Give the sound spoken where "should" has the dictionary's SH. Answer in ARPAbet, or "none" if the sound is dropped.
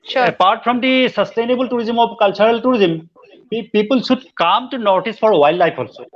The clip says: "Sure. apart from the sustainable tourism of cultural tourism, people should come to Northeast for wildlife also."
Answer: S